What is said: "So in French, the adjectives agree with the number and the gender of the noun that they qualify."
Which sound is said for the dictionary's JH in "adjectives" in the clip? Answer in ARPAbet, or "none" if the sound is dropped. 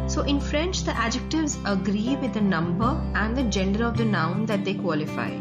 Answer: JH